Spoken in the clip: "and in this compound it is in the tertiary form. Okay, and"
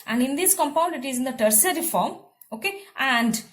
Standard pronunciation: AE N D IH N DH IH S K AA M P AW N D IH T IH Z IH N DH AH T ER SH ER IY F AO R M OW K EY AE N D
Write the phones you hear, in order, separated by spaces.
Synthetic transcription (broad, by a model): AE N D IH N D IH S K AA M P AW N D IH T IH Z IH N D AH T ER S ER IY F AO R M OW K EY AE N D